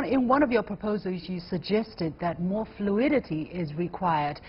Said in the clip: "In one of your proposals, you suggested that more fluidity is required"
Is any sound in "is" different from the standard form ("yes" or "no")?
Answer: no